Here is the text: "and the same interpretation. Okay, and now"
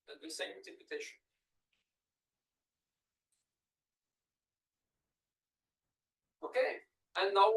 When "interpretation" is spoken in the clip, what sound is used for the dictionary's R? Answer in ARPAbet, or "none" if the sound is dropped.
none